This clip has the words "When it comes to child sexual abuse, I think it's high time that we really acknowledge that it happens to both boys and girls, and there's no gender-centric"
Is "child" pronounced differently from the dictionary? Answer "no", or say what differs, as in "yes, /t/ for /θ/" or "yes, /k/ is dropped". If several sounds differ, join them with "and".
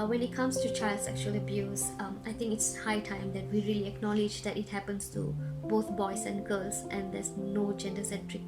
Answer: no